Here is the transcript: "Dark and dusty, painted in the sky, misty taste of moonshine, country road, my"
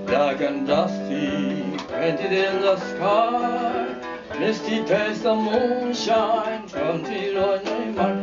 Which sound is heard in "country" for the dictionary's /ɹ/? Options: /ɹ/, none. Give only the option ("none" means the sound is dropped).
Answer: none